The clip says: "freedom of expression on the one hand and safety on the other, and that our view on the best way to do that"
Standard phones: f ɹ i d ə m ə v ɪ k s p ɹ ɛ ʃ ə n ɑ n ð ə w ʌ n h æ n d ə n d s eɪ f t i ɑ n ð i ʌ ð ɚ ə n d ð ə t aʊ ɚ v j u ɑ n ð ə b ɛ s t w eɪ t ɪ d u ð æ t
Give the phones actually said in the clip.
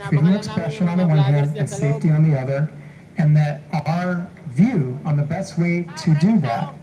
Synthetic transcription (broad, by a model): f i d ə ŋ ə ɪ k s p ɹ ɛ ʃ ə n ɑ n ð ə w ʌ n h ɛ d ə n s eɪ f t i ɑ n ð i ʌ ð ɚ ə n ð ə t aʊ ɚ v j u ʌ n ð ə b ɛ s t w eɪ t ɪ d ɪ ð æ t